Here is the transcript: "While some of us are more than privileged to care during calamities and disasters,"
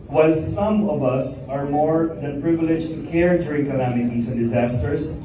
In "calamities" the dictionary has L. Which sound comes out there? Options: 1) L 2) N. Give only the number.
2